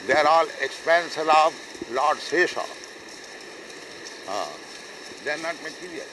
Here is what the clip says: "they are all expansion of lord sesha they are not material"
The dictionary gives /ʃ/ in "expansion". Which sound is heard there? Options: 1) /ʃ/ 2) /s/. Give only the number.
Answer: 2